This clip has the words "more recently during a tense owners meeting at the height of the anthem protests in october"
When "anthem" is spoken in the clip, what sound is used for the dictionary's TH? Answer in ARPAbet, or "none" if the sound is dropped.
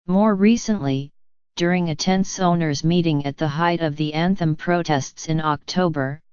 TH